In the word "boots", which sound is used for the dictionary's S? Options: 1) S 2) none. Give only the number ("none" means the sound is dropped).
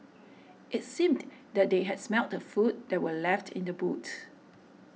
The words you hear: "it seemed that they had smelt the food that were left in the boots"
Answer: 2